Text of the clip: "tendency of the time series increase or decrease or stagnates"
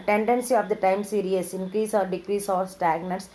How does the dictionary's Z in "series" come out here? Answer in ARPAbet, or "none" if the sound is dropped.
S